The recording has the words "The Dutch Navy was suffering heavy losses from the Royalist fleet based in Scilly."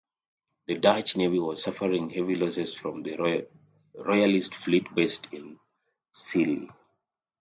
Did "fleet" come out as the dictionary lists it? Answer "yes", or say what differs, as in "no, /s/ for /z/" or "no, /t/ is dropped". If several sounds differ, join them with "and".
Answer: yes